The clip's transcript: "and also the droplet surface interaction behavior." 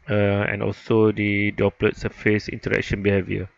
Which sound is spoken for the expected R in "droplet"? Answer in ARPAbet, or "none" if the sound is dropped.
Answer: none